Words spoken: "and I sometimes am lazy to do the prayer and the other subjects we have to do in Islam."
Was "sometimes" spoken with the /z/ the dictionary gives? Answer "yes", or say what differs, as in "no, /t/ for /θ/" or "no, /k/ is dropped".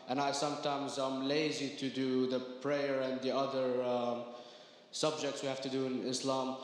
yes